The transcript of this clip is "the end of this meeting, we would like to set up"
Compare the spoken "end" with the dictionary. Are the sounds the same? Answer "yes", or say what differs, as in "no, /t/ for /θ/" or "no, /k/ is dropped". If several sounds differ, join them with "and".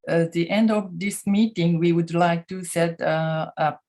yes